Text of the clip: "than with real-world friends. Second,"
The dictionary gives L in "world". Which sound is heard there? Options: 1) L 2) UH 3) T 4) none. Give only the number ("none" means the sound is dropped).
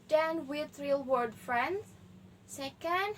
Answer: 4